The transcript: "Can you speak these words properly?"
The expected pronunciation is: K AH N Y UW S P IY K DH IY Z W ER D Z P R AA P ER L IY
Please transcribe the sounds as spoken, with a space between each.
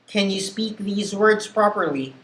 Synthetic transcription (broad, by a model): K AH N Y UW S P IY K DH IY Z W ER D Z P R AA P ER L IY